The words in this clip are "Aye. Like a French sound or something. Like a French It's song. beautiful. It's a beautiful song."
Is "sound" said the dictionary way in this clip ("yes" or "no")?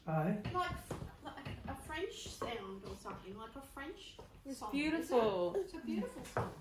yes